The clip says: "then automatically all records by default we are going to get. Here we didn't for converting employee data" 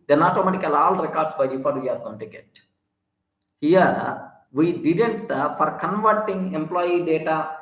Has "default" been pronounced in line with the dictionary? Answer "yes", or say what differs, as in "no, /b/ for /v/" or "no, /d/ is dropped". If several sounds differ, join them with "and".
no, /l/ is dropped